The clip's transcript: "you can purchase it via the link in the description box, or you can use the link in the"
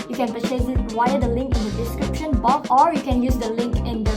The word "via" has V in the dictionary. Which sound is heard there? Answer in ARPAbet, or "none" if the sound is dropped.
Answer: W